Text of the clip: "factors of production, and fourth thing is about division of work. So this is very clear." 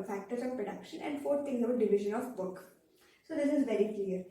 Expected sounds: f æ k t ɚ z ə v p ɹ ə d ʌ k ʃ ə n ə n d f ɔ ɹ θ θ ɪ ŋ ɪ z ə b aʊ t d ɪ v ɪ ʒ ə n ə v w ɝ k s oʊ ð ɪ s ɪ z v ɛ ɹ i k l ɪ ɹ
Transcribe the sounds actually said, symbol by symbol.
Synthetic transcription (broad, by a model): f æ k t ɚ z ə v p ɹ ə d ʌ k ʃ ə n ə n d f ɔ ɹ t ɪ ŋ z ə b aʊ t d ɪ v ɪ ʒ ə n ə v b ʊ k s oʊ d ɪ s ɪ z v ɛ ɹ i k l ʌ ɹ